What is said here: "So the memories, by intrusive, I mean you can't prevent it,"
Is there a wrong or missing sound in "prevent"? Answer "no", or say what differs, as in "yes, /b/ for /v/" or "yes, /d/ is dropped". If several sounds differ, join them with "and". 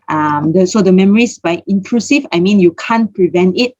no